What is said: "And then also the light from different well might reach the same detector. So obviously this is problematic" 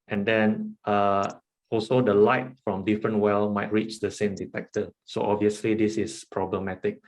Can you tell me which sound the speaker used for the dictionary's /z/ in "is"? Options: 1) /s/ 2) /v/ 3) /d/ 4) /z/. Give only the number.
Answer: 1